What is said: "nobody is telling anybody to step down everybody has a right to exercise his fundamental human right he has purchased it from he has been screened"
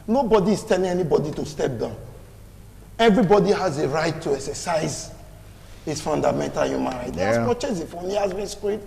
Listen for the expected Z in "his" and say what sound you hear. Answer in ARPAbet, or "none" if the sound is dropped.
S